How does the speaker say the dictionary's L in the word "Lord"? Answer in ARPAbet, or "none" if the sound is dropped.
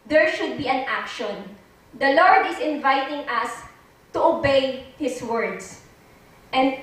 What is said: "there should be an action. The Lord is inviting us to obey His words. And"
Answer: L